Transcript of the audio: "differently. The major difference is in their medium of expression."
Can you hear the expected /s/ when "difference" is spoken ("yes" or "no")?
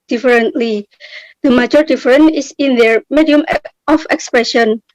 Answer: no